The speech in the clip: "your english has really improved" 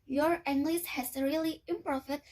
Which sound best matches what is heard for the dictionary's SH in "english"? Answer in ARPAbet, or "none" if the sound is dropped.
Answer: S